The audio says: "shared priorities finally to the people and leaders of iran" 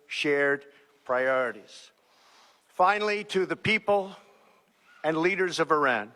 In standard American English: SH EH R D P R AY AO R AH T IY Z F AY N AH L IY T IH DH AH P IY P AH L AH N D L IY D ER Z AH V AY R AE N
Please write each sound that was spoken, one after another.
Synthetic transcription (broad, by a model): SH EH R D P R AY AO R AH T IY Z F AY N L IY T IH DH AH P IY P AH L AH N L IY D ER Z AH V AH R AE N